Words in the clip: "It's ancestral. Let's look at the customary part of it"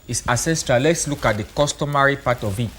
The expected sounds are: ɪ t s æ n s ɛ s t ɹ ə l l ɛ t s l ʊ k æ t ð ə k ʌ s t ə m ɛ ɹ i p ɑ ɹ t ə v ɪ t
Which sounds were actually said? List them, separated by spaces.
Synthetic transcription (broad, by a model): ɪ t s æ s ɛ s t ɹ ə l l ɛ t s l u k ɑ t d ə k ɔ s t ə m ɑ ɹ i p ɑ t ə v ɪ t